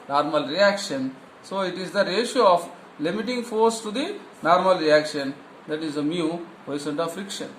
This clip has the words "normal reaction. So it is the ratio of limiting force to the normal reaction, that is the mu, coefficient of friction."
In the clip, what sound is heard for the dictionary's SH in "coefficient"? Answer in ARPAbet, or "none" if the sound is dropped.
S